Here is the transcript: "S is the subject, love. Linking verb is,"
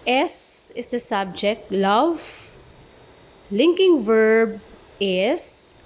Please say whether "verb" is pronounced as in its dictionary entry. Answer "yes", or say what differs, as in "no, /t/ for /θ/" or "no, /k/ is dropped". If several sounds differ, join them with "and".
yes